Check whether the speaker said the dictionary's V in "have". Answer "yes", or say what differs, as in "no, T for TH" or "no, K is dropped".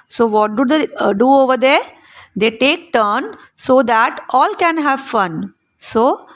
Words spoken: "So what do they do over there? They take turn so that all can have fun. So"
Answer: yes